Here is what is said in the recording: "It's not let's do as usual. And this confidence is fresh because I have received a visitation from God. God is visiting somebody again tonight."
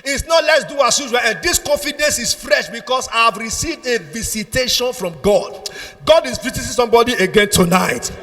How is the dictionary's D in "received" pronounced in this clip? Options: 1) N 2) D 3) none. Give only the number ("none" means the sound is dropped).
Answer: 2